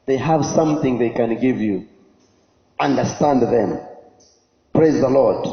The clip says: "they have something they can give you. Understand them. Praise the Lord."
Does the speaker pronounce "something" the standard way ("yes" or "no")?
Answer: yes